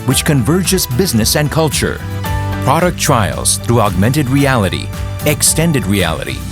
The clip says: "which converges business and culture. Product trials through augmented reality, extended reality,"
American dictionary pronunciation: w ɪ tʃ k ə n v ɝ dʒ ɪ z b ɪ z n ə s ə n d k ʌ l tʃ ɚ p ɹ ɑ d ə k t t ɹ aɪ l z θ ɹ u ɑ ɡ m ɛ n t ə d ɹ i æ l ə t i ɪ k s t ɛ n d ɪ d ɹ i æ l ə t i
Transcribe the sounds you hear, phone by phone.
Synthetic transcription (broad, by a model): w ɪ tʃ k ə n v ɝ dʒ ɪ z b ɪ z n ə s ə n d k ʌ l tʃ ɚ p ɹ ɑ d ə k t t ɹ aɪ l z θ ɹ u ɑ ɡ m ɛ n t ə d ɹ i æ l ə t i ɪ k s t ɛ n d ɪ d ɹ i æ l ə t i